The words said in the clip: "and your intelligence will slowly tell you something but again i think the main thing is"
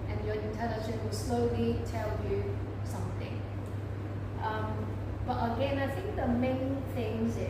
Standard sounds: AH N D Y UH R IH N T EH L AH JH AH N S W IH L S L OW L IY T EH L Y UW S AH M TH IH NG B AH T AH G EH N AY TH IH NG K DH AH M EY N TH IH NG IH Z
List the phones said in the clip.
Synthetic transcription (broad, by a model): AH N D Y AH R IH N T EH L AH SH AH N W IH L S L OW L IY T EH L Y UW S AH M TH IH NG B AH T AH G EH N AY TH IH NG K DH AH M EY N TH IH NG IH